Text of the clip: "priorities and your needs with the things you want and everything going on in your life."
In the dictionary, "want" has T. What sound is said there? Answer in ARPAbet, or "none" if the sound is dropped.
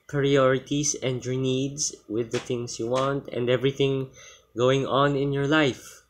T